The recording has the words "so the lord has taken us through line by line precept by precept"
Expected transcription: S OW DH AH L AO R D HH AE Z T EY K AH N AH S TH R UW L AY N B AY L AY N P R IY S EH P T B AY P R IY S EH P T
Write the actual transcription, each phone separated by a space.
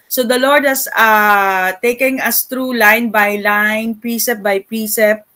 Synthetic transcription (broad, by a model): S OW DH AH L AO R D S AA T EY K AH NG AH S T R UW L AY N B AY L AY N P R IY S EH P B AY P R IY S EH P